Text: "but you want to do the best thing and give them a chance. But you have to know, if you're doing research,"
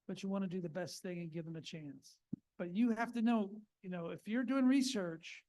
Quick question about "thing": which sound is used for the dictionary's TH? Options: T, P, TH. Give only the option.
TH